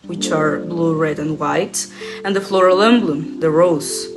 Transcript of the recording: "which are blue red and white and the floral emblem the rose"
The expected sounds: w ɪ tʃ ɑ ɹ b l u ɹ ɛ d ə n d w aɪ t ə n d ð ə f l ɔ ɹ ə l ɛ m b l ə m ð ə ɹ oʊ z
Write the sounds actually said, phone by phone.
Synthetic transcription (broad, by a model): w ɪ tʃ ɑ ɹ b l u ɹ ɛ d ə n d w aɪ t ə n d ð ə f l ɔ ɹ ə l ɛ m b l ə m ð ə ɹ oʊ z